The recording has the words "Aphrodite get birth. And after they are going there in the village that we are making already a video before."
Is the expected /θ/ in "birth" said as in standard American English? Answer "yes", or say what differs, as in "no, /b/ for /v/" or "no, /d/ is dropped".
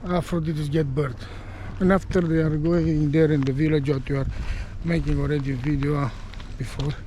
no, /t/ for /θ/